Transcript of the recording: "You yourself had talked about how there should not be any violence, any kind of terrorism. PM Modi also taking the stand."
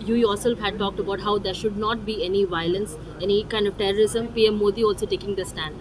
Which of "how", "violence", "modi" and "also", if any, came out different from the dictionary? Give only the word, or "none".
none